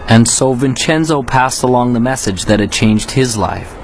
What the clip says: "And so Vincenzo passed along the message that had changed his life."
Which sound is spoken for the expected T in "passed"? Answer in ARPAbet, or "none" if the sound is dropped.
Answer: T